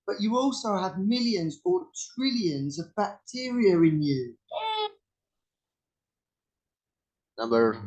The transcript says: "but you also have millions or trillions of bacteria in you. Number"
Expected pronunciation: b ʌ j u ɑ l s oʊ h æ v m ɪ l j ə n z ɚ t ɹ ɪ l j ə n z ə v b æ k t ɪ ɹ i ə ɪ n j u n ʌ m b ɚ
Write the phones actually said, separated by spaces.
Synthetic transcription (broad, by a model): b ʌ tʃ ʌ ɑ l s oʊ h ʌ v m ɪ l j ə n z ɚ t ɹ ɪ l j ə n z ə v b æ k t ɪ ɹ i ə ɪ n j u n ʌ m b ɚ